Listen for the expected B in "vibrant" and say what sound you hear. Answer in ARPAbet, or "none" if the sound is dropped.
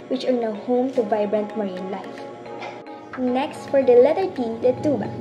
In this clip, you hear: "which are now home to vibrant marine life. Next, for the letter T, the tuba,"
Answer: B